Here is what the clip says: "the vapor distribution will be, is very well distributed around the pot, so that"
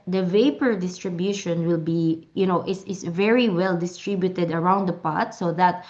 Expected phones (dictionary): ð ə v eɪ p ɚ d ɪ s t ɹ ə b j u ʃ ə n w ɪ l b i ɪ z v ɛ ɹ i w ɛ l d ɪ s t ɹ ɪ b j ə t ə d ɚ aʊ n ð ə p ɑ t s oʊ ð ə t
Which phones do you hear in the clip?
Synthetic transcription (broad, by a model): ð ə v eɪ p ɚ d ɪ s t ɹ ə b j u ʃ ə n w ɪ l b i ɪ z v ɛ ɹ i w ɛ l d ɪ s t ɹ ɪ b j ə t ə d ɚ aʊ n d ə p ɑ t s oʊ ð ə t